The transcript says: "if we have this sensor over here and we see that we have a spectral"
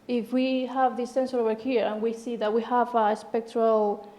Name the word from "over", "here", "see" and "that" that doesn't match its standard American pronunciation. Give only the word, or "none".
over